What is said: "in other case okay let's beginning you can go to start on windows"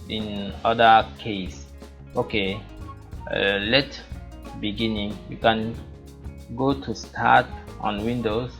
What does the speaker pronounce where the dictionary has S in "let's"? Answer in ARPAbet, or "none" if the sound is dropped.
none